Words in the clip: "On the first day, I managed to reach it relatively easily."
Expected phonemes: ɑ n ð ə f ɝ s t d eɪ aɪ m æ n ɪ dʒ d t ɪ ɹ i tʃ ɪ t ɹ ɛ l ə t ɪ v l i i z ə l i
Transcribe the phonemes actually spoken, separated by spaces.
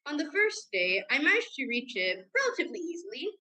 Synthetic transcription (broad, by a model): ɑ n ð ə f ɝ s d eɪ aɪ m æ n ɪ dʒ t ɪ ɹ i tʃ ɪ t ɹ ɛ l ə t ɪ v l i i z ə l i